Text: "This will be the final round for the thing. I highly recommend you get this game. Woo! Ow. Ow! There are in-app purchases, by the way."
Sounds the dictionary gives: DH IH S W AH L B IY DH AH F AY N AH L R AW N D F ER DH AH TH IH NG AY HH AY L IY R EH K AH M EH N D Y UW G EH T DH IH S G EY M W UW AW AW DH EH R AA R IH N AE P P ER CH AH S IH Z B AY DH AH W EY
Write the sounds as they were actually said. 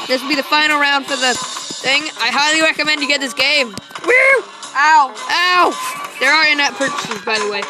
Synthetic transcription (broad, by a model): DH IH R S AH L B IY DH AH F AY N L R AW N D F ER DH AH TH IH NG AY HH AY L IY R EH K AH M EH N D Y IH G EH T DH IH S G EY M W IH AW AW DH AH R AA R IH N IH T P ER CH AH S IH Z B AY DH AH W EY